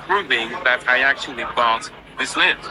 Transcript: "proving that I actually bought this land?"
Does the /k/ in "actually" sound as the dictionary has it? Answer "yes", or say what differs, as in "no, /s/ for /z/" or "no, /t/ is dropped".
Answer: yes